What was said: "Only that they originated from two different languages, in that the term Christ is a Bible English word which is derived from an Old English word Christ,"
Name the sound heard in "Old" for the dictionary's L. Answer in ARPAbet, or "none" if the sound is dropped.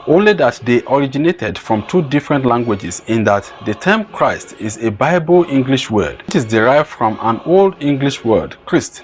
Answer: L